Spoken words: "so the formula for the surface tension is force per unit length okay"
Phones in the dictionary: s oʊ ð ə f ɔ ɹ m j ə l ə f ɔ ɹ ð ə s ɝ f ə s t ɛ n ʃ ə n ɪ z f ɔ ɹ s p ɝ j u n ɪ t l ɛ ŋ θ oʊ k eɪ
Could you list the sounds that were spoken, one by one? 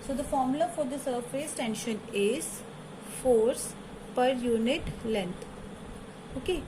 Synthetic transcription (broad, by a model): s oʊ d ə f ɔ ɹ m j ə l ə f ɔ ɹ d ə s ɝ f ə s t ɛ n ʃ ə n ɪ z f ɔ ɹ s p ɝ j u n ɪ t l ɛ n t oʊ k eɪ